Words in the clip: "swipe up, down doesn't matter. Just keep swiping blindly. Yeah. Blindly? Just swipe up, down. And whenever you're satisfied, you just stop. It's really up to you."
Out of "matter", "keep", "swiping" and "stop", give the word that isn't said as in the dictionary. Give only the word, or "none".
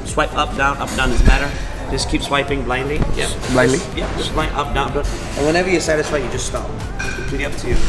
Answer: stop